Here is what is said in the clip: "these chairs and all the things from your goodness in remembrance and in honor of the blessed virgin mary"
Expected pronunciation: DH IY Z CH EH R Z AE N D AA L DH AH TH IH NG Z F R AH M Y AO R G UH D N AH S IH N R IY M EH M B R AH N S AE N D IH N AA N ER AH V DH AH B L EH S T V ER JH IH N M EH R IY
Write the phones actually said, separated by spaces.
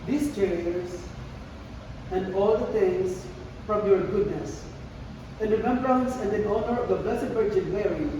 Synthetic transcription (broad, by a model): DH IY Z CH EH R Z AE N D AA L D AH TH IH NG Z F R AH M Y AO R G UH D N AH S IH N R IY M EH M B R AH N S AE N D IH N AA N ER AH V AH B EH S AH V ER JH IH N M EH R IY